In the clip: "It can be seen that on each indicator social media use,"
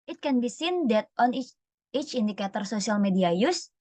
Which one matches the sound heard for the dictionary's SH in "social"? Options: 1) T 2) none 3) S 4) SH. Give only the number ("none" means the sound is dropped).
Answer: 3